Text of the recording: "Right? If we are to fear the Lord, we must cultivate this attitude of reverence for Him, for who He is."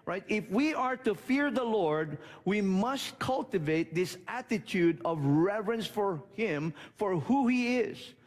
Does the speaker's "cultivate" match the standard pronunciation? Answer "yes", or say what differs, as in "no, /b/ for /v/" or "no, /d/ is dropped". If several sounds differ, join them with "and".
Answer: yes